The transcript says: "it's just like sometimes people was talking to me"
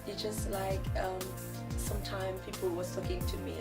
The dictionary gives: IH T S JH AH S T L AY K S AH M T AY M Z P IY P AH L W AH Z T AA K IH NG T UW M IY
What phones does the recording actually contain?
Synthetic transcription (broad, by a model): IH JH AH S T L AY K S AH M T AY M P IY P AH L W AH T AA K IH NG T UW M IY